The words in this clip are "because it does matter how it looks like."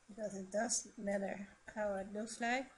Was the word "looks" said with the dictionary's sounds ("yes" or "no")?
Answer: no